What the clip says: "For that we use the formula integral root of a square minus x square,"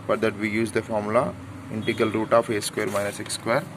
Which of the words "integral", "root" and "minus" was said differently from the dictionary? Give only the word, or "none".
integral